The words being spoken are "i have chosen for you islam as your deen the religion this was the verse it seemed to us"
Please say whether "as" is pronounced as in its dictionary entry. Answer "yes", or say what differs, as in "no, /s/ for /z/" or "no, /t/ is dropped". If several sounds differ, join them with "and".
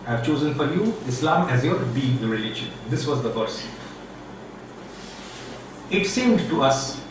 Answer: yes